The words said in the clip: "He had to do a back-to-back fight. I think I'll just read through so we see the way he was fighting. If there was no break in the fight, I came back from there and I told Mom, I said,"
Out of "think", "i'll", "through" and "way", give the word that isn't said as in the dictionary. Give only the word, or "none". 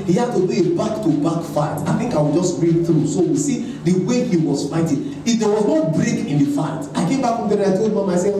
i'll